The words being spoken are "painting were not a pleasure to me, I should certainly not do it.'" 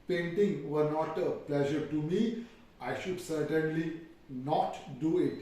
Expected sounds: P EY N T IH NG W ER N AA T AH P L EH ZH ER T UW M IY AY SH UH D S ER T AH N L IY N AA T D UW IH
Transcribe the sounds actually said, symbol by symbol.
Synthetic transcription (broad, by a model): P EY N T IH NG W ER N AA T AH P L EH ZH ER T UW M IY AY SH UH D S ER T AH N L IY N AA T D UW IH